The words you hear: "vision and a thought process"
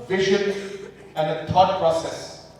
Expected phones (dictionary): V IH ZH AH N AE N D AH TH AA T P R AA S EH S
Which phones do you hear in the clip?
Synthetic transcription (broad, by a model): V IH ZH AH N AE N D AH T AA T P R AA S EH S